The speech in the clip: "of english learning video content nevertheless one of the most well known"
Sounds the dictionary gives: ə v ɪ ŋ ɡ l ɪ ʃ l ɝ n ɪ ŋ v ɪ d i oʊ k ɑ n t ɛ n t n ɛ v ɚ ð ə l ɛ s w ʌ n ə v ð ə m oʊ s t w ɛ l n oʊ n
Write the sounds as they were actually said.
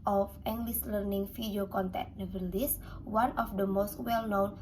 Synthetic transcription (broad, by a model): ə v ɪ ŋ ɡ l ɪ s l ɝ n ɪ ŋ f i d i oʊ k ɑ n t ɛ t n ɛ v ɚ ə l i s w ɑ n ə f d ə m oʊ s t w ɛ l n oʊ n